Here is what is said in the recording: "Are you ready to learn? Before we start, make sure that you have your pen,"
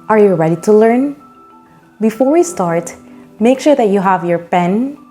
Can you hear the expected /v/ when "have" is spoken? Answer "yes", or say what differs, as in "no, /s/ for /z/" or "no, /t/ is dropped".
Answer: yes